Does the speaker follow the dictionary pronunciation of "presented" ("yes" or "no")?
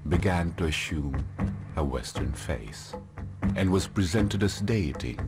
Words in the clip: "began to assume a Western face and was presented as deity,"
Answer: yes